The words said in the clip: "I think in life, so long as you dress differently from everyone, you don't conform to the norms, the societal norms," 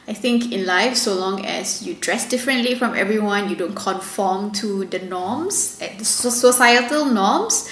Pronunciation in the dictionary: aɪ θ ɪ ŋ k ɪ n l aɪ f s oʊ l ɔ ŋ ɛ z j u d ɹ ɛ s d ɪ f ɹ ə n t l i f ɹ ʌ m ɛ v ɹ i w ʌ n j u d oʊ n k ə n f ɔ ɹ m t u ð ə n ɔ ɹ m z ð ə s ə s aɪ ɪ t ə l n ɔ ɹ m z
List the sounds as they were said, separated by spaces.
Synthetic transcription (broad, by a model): aɪ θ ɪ ŋ k ɪ n l aɪ f s oʊ l ɔ ŋ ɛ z j u d ɹ ɛ s d ɪ f ɹ ə n t l i f ɹ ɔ m ɛ v ɹ i w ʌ n j u d oʊ n k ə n f ɔ m t u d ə n ɔ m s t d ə s ə s aɪ ɪ t ə l n ɔ m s